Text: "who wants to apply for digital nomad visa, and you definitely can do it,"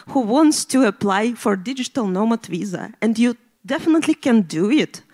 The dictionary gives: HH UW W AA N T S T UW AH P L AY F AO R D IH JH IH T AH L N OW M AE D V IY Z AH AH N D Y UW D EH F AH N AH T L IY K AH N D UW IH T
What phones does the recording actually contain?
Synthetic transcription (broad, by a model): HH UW W AA N T S T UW AH P L AY F AO R D IH JH IH T AH L N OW M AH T V IY Z AH AH N D Y UW D EH F AH N AH T L IY K AH N D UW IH T